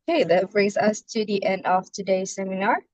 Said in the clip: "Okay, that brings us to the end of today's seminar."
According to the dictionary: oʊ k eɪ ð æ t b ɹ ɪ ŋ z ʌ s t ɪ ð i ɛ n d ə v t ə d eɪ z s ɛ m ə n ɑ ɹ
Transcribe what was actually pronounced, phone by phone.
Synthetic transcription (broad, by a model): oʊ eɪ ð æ t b ɹ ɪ ŋ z ʌ s t ɪ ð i ɛ n d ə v t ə d eɪ s ɛ m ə n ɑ ɹ